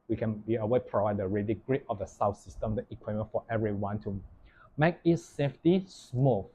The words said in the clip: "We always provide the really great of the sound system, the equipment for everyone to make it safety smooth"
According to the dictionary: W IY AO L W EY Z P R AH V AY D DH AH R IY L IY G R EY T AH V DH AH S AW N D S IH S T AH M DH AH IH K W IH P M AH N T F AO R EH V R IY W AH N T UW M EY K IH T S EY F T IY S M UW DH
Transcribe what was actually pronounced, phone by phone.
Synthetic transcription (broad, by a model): W IY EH N W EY P R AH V AY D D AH R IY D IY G R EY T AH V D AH S AW S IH S T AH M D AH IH K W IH M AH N F AO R EH V R IY W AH N T UW M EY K IH T S EY F T IY S M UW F